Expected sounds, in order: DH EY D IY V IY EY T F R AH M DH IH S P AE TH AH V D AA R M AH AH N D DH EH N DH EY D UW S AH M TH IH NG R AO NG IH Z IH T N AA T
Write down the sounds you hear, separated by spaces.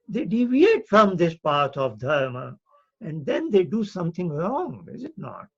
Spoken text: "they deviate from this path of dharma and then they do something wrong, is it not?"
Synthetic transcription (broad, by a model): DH EY D IY V IY EY T F R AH M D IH S P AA T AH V D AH R M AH AH N D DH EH N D EY D UW S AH M T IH NG R AO NG IH Z IH T N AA T